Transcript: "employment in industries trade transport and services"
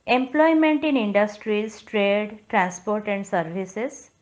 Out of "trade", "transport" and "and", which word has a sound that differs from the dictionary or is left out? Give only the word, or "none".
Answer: none